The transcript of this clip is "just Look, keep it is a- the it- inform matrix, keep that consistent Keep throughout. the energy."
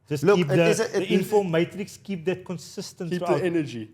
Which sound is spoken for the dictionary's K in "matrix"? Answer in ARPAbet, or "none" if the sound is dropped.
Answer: K